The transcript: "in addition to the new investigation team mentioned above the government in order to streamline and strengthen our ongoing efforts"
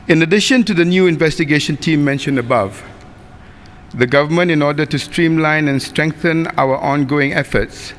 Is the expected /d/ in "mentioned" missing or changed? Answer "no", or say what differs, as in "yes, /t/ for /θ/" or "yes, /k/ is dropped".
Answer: yes, /d/ is dropped